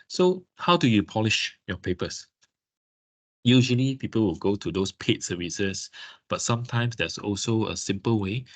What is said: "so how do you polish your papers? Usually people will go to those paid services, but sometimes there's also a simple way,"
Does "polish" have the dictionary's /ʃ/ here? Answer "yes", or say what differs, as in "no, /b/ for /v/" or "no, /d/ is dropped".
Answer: yes